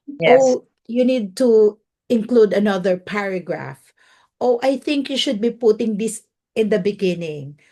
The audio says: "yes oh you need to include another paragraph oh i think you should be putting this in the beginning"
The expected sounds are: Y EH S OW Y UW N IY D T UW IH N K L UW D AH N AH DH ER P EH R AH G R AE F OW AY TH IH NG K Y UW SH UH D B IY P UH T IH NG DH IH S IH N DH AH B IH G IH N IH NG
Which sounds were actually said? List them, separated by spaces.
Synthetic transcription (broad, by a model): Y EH OW Y UW N IY D T UW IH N K L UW D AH N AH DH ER P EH R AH G R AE F OW AY TH IH NG K Y UW SH UH D B IY P UH T IH NG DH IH S IH N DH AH B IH G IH N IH NG